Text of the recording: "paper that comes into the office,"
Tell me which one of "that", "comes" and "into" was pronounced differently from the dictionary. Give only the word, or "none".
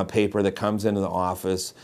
none